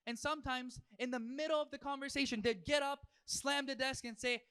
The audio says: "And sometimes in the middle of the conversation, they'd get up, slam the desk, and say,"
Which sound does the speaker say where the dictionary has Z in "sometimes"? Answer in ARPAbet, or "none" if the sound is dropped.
Z